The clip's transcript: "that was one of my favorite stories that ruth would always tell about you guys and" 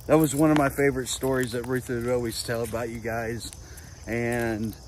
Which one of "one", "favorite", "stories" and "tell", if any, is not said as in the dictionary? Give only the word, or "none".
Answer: none